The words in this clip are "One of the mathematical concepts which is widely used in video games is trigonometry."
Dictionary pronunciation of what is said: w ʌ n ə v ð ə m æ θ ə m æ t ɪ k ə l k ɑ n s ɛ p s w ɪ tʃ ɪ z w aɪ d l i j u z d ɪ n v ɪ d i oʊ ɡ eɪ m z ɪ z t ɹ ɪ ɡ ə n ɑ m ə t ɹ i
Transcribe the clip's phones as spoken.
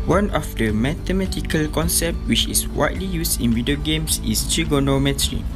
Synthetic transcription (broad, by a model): w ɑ n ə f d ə m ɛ t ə m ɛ t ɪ k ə l k ɑ n s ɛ p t w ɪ tʃ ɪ s w aɪ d l i j u s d ɪ n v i d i oʊ ɡ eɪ m s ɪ s t ɹ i ɡ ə n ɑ m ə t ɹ i